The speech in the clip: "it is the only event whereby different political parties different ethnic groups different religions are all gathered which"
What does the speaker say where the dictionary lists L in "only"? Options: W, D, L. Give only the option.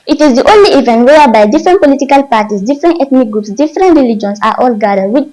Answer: L